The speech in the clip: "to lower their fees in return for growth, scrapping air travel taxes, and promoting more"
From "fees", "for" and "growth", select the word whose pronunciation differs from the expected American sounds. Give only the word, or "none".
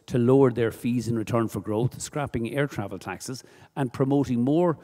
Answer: none